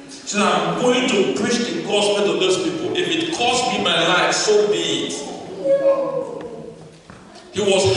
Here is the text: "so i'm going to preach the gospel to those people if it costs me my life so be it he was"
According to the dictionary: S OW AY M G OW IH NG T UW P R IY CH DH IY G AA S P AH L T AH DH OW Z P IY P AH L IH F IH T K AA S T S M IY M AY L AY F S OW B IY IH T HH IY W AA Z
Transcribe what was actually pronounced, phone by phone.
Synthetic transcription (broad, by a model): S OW AY M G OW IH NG T UW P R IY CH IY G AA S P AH N T AH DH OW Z P IY P AH L IH F IH T K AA S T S M IY M AY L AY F S OW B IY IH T HH IY W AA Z